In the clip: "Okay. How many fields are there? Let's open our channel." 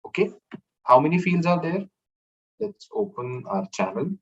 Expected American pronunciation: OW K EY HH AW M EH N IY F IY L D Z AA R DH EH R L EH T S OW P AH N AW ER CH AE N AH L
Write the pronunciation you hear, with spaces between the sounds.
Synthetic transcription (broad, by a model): OW K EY HH AW M EH N IY F IY L D Z AA R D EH R L EH T S OW P AH N AW ER CH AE N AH L